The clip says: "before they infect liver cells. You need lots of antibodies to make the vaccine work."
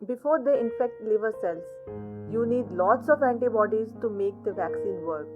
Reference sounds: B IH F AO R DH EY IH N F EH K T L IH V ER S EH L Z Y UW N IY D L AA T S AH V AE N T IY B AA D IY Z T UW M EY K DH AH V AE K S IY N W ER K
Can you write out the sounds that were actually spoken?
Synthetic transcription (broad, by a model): B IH F AO R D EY IH N F EH K T L IH V ER S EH L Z Y UW N IY D L AA T S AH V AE N T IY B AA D IY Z T UW M EY K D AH V AE K S IY N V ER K